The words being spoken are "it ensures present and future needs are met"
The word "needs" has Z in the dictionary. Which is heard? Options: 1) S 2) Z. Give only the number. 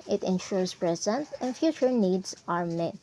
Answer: 1